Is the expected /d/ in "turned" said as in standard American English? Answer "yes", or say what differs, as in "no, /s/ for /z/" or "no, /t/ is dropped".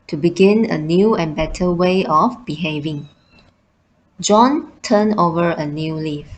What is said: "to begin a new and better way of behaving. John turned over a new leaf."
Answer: no, /d/ is dropped